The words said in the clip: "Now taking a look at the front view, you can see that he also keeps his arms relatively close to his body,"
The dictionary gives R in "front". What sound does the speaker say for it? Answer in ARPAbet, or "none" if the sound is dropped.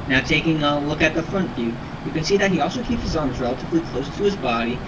R